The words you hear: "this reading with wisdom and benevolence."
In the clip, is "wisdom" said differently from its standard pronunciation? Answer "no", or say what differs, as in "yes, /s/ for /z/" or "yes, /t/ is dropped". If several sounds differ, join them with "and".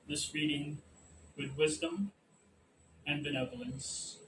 no